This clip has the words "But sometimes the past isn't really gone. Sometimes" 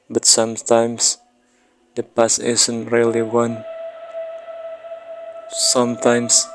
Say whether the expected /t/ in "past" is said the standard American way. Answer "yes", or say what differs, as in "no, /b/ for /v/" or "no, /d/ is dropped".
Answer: no, /t/ is dropped